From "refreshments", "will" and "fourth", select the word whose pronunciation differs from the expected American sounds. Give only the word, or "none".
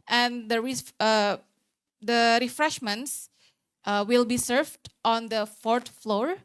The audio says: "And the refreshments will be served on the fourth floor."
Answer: fourth